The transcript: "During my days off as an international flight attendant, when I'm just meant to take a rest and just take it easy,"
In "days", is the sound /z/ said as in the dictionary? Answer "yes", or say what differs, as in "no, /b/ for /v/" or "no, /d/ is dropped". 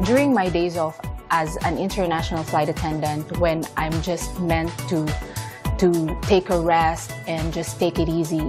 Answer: yes